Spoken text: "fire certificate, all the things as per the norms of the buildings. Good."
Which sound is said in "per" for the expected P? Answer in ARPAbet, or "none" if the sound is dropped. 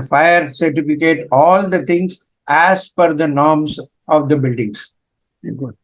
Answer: F